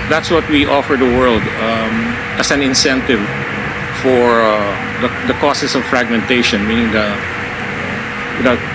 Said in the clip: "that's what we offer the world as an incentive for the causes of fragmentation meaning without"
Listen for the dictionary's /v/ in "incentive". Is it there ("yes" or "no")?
yes